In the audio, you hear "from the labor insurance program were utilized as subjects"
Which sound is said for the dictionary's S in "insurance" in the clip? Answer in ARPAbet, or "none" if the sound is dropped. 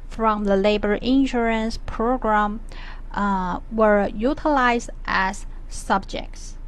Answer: S